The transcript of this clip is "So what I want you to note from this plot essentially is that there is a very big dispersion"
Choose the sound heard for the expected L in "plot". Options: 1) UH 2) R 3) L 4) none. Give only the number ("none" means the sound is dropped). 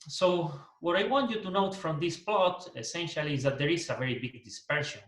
3